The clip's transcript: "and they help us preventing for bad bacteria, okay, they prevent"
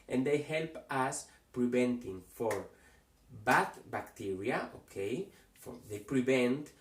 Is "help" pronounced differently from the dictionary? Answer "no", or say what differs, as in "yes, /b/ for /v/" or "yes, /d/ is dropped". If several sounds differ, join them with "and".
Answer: no